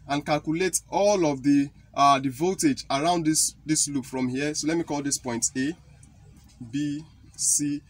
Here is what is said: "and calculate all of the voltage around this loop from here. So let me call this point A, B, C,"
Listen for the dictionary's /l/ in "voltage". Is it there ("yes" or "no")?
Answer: no